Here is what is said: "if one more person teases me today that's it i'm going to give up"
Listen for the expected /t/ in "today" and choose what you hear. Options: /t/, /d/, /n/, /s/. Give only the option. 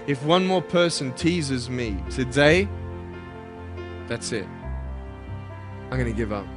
/s/